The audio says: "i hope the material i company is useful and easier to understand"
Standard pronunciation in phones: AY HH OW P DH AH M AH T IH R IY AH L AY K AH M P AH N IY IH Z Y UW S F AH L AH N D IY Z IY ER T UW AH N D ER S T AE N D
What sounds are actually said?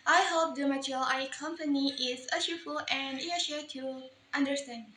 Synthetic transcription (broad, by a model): AY HH OW P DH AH M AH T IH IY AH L AY K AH M P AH N IY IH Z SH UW F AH L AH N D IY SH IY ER T UW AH N D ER S T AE N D